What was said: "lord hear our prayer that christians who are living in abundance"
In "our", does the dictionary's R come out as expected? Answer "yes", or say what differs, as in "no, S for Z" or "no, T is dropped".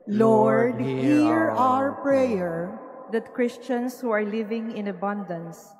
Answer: yes